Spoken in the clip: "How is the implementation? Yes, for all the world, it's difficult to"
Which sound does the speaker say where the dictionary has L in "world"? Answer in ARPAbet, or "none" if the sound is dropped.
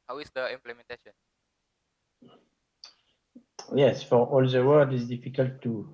none